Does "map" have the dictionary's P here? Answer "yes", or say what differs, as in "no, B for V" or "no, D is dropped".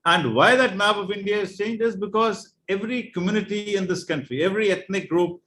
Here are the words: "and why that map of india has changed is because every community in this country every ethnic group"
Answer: no, B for P